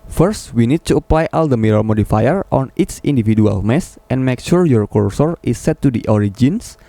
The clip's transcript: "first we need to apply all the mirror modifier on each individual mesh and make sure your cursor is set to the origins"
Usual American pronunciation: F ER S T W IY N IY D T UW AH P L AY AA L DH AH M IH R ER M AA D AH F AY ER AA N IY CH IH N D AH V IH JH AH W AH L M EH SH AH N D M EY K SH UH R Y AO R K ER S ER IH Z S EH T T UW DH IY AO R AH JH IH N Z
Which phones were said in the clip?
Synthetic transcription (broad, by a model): F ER S T W IY N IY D T UW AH P L AY AA L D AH M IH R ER M AA D AH F AY ER AA N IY S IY N D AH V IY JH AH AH L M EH S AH N M EY K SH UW R Y AO R K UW S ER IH S EH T T UW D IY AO R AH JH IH N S